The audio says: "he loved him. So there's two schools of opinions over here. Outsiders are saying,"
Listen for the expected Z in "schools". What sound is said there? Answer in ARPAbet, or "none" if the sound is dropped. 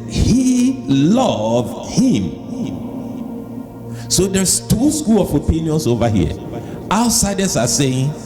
none